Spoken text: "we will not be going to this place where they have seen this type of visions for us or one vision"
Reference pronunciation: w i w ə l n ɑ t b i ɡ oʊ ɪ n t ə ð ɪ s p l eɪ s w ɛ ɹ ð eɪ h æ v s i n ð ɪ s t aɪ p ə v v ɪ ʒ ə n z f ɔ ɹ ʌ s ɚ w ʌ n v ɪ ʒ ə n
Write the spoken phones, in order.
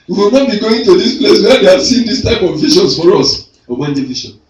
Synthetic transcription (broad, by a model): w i w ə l n ɑ t b i ɡ oʊ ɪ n t ə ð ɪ s p l eɪ s w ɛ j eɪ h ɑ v s i n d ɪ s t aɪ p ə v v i ʃ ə n s f ɔ ɹ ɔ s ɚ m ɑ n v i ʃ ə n